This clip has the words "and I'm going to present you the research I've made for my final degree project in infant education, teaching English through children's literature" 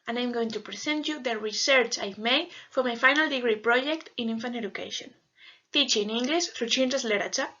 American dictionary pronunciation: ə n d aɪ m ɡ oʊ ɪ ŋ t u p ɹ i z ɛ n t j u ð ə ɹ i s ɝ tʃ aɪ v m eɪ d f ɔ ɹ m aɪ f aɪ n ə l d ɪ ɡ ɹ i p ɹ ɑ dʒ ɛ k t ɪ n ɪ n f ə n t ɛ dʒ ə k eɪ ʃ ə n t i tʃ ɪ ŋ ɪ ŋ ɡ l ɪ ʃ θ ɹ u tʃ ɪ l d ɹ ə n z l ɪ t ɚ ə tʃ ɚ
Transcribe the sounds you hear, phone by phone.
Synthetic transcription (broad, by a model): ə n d aɪ m ɡ oʊ ɪ ŋ t u p ɹ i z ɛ n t j u ð ə ɹ i s ɝ tʃ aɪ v m eɪ d f ɔ ɹ m aɪ f aɪ n ə l d ɪ ɡ ɹ i p ɹ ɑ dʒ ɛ k t ɪ n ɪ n f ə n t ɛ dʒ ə k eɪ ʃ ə n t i tʃ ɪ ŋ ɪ ŋ ɡ l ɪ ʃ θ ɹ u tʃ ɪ n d ə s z l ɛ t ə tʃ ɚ